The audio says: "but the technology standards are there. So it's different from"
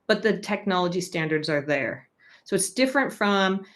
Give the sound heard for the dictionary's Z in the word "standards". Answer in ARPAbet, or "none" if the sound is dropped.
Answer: Z